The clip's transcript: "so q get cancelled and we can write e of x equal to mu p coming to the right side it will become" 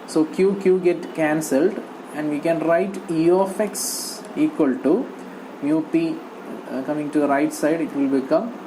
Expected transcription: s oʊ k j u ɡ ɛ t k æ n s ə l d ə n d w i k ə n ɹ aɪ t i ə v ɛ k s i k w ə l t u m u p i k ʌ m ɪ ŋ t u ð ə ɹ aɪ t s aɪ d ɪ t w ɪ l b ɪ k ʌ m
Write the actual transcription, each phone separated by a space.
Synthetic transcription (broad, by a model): s oʊ k j u ɡ ɛ t k æ n s ə l d ə n d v i k ə n ɹ aɪ t i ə f ɛ k s i k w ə l t u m u p i k ʌ m ɪ ŋ t u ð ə ɹ aɪ t s aɪ d ɪ t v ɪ l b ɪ k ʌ m